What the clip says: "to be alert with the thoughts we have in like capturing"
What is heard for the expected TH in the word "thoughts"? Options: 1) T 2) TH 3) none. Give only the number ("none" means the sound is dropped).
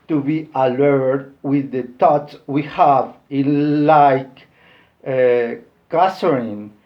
1